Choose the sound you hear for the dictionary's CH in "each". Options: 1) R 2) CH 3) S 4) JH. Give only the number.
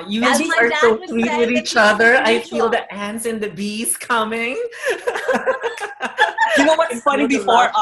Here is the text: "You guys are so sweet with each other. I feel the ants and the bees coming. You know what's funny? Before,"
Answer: 2